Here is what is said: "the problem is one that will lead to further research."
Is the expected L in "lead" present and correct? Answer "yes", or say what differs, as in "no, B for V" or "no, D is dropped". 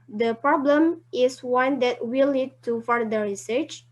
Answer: no, N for L